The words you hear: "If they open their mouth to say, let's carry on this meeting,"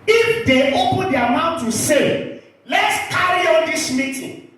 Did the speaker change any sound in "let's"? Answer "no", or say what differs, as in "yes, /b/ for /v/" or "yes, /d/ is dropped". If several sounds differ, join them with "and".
no